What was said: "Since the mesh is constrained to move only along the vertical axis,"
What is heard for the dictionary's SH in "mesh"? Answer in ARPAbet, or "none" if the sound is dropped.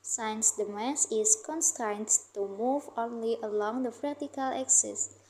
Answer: S